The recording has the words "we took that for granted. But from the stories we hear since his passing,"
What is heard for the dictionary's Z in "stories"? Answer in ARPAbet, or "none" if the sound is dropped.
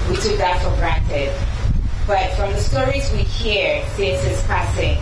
Z